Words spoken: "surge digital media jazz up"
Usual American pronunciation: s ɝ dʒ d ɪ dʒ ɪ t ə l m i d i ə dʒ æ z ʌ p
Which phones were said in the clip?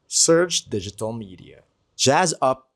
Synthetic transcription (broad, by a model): s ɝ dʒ d ɪ dʒ ɪ t ə l m i d i ə dʒ æ z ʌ p